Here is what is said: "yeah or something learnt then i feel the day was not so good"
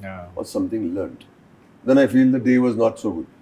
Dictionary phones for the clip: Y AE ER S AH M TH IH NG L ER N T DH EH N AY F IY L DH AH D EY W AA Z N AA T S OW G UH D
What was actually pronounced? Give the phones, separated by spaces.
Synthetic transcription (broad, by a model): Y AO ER S AH M T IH NG L ER N T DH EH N AY F IY L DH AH D EY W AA Z N AA T S OW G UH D